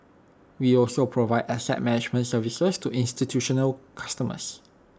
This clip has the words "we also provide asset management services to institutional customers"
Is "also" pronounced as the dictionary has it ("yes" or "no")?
yes